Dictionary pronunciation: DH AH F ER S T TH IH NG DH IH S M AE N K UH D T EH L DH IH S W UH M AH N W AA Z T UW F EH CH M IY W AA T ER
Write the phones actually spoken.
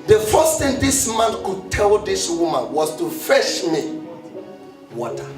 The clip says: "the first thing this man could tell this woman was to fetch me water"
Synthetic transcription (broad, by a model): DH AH F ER S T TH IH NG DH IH S M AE N K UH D T EH L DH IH S W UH M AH N W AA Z T UW F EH SH M IY W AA T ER